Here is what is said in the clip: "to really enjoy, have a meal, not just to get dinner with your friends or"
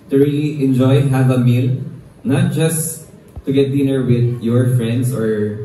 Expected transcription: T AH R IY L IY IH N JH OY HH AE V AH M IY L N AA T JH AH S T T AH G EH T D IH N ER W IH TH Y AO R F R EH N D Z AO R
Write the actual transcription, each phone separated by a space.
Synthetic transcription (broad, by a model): T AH R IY L IY IH N JH OY HH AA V AH M IY L N AA T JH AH S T T AH G EH T D IH N ER W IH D Y AO R F R EH N D S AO R